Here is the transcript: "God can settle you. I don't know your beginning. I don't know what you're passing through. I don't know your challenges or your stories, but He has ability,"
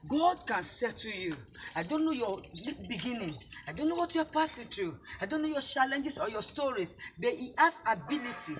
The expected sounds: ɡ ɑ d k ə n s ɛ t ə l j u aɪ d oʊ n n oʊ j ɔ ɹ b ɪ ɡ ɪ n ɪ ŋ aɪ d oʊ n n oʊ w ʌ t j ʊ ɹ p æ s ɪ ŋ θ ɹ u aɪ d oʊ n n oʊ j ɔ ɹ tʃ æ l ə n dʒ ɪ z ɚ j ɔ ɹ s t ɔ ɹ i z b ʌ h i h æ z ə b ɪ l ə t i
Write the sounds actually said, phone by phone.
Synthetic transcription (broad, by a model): ɡ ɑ d k ə n s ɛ t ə j u aɪ d oʊ n n oʊ j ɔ l b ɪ ɡ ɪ n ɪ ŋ aɪ d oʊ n n oʊ w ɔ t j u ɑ p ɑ s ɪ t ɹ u aɪ d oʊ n n oʊ j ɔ tʃ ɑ l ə n dʒ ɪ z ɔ j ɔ s t ɔ ɹ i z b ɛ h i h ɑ s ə b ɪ l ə t i